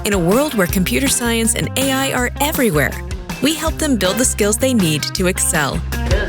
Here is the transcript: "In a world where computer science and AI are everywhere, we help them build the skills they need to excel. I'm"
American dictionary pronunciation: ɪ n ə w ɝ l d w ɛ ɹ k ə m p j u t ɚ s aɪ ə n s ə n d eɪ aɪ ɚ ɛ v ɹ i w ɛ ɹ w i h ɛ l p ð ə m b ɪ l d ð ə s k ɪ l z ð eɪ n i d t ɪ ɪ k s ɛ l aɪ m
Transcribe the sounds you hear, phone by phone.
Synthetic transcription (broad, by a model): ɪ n ə w ɝ l d w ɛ ɹ k ə m p j u t ɚ s aɪ ə n s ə n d eɪ aɪ ɚ ɛ v ɹ i w ɛ ɹ w i h ɛ l p ð ə m b ɪ l d ð ə s k ɪ l z ð eɪ n i d t ɪ ɪ k s ɛ l